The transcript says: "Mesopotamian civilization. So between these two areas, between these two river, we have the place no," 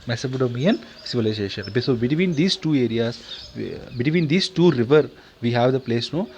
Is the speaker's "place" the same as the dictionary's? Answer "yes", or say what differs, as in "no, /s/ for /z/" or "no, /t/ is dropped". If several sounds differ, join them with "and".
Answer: yes